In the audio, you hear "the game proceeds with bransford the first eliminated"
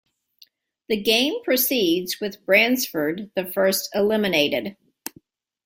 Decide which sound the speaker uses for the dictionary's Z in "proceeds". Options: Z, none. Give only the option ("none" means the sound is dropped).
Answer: Z